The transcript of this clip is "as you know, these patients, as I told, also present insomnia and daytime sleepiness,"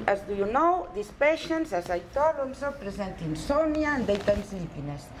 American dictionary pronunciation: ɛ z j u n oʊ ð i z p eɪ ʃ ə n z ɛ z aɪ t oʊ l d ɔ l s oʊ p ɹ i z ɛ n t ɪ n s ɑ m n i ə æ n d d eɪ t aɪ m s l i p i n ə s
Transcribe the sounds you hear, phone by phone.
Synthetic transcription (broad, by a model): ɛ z j u n oʊ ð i s p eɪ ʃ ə n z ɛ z aɪ t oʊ d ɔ n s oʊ p ɹ i z ɛ n t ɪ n s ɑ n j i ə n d d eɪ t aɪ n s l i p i n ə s